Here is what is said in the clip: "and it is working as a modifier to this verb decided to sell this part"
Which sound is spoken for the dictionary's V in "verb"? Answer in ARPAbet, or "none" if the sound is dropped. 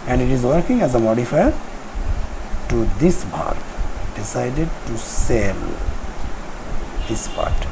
P